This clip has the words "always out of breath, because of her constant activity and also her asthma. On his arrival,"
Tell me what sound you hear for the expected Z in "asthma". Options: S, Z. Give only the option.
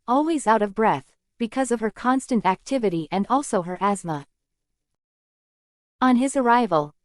Z